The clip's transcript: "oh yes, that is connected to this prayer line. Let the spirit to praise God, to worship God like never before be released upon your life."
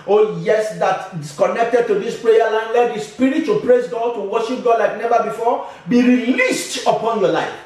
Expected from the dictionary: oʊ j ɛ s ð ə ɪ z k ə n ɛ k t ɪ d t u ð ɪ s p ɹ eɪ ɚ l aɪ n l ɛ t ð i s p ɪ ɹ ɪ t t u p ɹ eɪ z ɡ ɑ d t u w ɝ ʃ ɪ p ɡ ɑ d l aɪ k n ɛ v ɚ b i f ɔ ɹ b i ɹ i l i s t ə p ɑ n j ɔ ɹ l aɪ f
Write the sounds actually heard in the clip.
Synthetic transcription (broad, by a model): oʊ j ɛ s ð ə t k ə n ɛ k t ɪ d t u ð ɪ s p ɹ eɪ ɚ l aɪ n l ɛ t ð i s p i ɹ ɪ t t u p ɹ eɪ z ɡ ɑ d t u w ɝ ʃ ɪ p ɡ ɑ d l aɪ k n ɛ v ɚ b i f ɔ b i ɹ i l i s t ə p ɑ n j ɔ l aɪ f